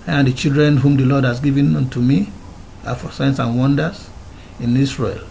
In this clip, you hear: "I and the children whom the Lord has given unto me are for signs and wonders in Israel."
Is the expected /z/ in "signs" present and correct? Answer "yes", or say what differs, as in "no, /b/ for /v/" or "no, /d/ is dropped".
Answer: no, /s/ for /z/